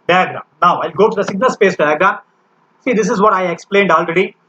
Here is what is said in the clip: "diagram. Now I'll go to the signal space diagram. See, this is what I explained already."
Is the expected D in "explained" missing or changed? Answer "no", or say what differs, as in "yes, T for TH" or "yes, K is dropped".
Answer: no